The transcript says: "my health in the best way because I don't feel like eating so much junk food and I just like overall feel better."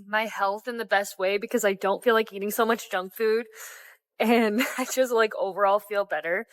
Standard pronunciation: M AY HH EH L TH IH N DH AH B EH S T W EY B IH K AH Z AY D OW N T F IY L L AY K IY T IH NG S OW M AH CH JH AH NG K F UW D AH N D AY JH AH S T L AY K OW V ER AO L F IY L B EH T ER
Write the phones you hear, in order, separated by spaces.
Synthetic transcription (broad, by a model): M AY HH EH L TH IH N DH AH B EH S T W EY B IH K AH Z AY D OW N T F IY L L AY K IY T IH NG S OW M AH CH JH AH NG K F UW D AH N AY JH AH S T L AY K OW V ER AO L F IY L B EH T ER